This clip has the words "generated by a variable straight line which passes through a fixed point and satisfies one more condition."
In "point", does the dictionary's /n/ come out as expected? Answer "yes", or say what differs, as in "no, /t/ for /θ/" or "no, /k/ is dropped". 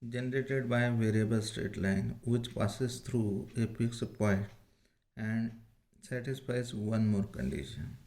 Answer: no, /n/ is dropped